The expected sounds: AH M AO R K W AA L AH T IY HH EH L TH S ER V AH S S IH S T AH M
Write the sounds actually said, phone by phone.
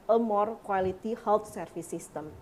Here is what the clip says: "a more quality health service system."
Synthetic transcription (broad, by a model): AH M AO R K W AA L AH T IY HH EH L T S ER F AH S S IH S T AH M